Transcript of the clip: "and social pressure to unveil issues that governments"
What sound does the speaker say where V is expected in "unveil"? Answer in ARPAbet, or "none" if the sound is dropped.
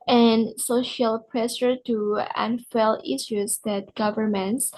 F